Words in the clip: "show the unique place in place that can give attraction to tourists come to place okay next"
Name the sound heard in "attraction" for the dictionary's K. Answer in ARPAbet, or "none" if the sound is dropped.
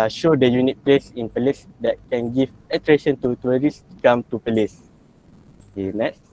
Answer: none